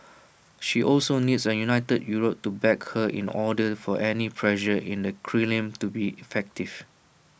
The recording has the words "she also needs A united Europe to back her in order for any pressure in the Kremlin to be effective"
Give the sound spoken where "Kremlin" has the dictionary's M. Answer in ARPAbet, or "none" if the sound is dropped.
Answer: none